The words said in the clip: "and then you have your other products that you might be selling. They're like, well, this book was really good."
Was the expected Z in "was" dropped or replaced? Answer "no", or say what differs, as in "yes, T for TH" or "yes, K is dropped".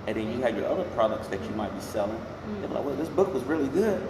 no